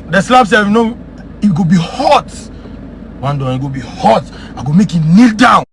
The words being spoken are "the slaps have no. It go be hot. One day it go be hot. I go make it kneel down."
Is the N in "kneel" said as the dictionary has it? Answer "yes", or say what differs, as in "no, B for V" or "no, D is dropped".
yes